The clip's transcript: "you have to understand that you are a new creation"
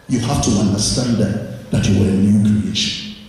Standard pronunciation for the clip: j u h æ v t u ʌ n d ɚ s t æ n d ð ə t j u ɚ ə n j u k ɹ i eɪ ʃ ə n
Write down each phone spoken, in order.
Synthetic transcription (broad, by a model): j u h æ f t u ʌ n d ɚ s t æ n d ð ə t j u ɚ ə n j u k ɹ i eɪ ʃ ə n